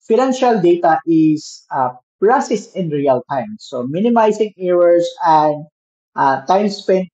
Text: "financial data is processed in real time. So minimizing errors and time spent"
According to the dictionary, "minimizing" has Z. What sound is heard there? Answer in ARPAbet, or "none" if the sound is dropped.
S